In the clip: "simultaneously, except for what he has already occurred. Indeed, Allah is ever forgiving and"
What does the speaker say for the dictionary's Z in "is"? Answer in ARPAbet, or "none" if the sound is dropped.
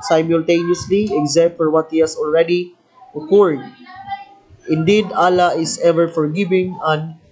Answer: S